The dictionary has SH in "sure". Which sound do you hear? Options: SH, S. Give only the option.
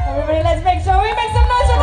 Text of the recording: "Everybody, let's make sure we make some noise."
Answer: S